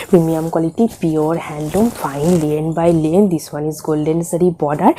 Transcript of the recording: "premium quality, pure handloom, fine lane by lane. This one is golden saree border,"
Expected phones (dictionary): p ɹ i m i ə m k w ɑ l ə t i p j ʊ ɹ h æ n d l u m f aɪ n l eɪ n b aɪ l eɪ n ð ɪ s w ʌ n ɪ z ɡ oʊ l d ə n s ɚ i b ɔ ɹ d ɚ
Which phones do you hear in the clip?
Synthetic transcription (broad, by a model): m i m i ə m k w ɑ l ə t i p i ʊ ɹ h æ n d u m f aɪ n l eɪ n b aɪ l eɪ n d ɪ s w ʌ n ɪ z ɡ oʊ l d ə n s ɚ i b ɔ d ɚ